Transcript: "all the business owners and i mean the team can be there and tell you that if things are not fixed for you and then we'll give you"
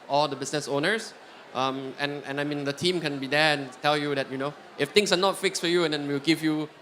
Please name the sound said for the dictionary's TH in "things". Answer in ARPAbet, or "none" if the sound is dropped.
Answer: T